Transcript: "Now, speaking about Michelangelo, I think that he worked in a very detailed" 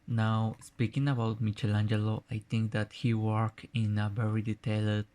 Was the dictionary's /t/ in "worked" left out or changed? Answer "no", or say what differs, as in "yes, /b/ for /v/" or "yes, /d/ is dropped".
yes, /t/ is dropped